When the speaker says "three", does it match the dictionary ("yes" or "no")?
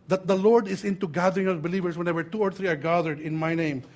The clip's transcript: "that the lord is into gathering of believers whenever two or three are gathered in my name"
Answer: no